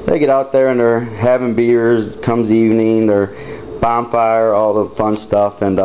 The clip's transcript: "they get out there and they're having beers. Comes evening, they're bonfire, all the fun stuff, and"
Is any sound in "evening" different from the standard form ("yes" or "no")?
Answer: no